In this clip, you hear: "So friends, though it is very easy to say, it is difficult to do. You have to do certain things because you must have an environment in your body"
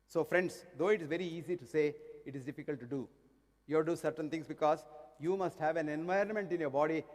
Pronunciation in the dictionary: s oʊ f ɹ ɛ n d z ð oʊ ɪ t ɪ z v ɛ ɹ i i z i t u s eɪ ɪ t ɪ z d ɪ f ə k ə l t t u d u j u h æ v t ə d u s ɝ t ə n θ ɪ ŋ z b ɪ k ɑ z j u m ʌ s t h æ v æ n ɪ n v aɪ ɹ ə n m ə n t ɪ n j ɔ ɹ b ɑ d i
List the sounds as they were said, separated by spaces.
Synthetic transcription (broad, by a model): s oʊ f ɹ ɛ n d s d oʊ ɪ t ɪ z v ɛ ɹ i i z i t u s eɪ ɪ t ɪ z d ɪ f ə k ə l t t u d u j u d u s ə d t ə n t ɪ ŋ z b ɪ k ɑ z j u m ʌ s t h æ v æ n ɪ n v aɪ ɹ ə n m ə n t ɪ n j ɔ ɹ b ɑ d i